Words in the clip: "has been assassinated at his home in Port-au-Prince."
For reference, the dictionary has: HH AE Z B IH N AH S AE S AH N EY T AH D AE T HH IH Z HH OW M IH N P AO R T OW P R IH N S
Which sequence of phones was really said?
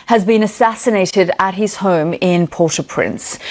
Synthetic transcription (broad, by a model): HH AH Z B IH N AH S AE S AH N EY T AH D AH T HH IH Z HH OW M IH N P AO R T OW P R IH N S